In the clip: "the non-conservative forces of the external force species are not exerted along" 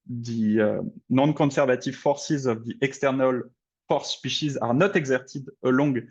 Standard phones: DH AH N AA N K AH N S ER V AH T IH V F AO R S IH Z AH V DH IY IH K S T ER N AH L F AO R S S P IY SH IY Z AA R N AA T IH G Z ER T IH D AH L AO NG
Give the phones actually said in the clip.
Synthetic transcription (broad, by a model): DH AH N AA N K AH S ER V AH T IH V F AO R S IH Z AH V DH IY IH K S T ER N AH L F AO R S S P IY SH IY Z AA R N AA T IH G Z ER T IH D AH L AO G